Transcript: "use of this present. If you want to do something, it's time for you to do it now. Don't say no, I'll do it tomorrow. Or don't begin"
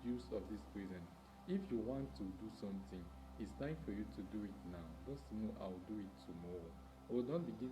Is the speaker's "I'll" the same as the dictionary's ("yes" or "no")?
no